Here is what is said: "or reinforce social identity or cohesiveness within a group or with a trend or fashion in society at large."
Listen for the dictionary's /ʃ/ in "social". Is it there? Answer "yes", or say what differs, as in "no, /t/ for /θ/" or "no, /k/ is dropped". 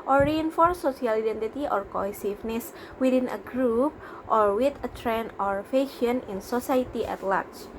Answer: no, /ʃ/ is dropped